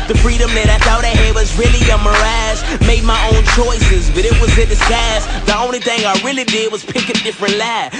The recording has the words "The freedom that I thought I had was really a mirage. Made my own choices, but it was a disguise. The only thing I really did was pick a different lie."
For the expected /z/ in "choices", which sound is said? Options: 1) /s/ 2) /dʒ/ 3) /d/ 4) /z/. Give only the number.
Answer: 4